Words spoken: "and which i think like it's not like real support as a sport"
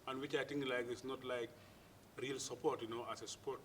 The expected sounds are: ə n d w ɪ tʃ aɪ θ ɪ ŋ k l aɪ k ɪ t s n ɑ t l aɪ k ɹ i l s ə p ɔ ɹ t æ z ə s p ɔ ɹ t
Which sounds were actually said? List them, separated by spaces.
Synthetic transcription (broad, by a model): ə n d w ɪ tʃ aɪ t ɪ ŋ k l aɪ k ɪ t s n ɑ t l aɪ k ɹ i l s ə p ɔ ɹ t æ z ə s p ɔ ɹ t